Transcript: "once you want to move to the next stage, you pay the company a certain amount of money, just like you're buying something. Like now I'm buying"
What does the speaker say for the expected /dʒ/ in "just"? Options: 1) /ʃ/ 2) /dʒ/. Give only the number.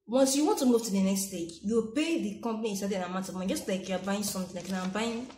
2